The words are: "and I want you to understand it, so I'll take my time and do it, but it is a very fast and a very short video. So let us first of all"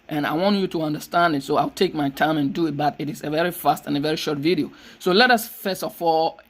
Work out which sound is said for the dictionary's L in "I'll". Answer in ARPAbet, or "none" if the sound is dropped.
L